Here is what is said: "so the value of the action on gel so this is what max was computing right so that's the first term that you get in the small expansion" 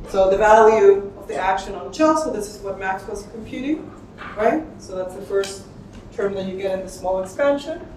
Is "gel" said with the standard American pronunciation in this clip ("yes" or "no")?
no